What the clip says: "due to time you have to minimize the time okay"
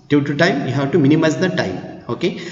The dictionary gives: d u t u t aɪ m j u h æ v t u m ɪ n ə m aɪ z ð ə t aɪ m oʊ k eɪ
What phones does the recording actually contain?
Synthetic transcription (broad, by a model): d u t u t aɪ m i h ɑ w t u m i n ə m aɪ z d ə t aɪ m oʊ k eɪ